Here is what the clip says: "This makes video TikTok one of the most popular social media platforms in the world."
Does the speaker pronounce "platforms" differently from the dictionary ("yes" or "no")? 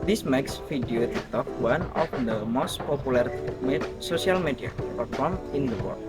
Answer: yes